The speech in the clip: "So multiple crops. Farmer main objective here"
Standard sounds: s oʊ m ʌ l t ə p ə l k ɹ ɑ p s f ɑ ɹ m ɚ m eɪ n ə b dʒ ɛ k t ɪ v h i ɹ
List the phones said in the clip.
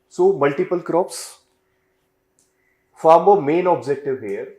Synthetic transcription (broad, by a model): s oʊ m ʌ l t ə p ə l k ɹ ɑ p s f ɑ ɹ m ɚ m eɪ n ə b dʒ ɛ k t ɪ v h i ɹ